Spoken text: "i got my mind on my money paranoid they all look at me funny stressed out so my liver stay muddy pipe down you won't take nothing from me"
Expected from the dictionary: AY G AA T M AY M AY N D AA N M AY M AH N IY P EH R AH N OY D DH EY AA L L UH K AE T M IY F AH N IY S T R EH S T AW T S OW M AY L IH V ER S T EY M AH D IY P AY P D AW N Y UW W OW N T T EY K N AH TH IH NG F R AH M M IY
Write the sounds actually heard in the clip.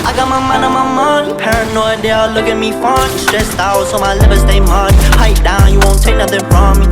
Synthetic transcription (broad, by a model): AY G AA T M AY M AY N AA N M AY M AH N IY P EH R AH N OY D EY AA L L UH K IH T M IY F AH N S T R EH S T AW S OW M AY L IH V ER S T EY M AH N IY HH AY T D AW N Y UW W OW N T T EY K N AH TH IH NG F R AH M M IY